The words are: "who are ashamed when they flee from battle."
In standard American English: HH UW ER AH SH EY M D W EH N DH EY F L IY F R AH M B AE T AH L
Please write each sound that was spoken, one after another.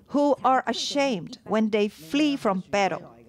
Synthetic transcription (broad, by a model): HH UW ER AH SH EY M D W EH N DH EY F L IY F R AH M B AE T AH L